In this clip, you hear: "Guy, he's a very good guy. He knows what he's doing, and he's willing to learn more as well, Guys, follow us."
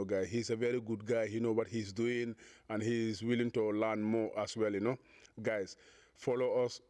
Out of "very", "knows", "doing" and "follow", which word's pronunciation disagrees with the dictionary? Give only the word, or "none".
knows